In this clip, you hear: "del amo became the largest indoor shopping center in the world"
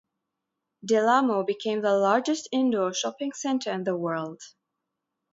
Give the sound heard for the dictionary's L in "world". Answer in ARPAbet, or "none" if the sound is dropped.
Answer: L